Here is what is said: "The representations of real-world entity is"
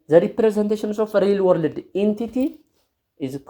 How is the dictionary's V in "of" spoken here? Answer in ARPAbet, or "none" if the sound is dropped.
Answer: F